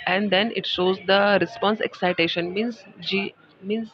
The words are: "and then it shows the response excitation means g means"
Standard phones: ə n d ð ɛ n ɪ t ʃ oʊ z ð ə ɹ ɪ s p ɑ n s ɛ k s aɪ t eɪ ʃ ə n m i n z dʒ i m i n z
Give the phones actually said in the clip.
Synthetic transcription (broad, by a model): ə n d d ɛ n ɪ t ʃ oʊ z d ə ɹ ɪ s p ɑ n s ɛ k s aɪ t eɪ ʃ ə n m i n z dʒ i m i n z